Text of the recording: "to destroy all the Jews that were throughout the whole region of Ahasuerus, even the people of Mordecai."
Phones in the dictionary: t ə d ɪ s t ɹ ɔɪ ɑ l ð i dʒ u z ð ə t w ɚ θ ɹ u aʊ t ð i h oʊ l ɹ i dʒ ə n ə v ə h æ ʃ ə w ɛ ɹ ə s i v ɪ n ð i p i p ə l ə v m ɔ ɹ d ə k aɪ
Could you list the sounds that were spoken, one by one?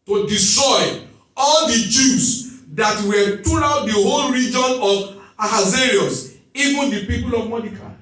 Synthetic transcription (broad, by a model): t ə d ɪ s t ɹ ɔɪ ɑ l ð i dʒ u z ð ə t w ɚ t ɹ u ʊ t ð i h oʊ l ɹ i dʒ ə n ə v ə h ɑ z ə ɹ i ə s i v ɪ n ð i p i p ə l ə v m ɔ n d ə k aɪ